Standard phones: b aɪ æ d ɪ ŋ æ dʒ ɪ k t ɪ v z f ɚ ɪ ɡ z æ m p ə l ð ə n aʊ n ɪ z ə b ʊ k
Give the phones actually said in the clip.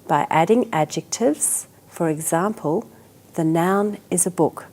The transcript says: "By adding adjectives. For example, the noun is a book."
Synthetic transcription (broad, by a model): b aɪ æ d ɪ ŋ æ dʒ ɪ k t ɪ v z f ɚ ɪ ɡ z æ m p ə l ð ə n aʊ n ɪ z ə b ʊ k